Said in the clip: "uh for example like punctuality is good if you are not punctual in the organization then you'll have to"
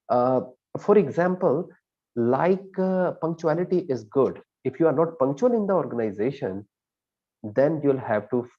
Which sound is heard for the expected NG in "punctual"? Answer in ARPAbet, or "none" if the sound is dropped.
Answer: NG